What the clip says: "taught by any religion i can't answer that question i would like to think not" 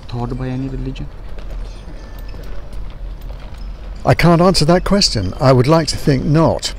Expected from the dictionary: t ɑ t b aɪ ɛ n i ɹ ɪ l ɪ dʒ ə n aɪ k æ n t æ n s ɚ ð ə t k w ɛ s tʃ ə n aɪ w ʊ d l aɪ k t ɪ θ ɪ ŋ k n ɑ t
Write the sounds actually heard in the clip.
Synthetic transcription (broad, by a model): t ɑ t b aɪ ɛ n i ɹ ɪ l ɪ dʒ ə n aɪ k æ n t æ n s ɚ ð ə t k w ɛ s tʃ ə n aɪ w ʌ d l aɪ k t ɪ θ ɪ ŋ k n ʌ t